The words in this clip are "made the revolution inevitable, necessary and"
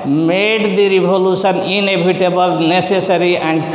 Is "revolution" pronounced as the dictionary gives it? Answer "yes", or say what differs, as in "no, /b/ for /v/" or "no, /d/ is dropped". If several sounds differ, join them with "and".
no, /b/ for /v/